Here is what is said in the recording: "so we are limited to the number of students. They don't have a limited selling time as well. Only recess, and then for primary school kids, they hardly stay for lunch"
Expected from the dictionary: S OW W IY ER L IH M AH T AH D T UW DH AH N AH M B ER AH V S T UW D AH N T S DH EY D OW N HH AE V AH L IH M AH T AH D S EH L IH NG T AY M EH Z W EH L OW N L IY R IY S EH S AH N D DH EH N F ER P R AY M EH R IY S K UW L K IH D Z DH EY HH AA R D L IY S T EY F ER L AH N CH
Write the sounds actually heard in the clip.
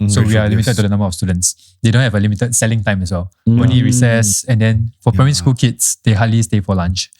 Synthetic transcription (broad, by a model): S OW W IY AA L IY M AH T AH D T UW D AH N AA M B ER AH F S T UW D AH N T S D EY D OW N HH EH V AH L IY M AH T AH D S EH L IH NG T AY M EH S W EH L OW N IY R IY S EH S AH N D EH N F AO P R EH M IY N S K UW L K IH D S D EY HH AA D L IY S T EY F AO L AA N CH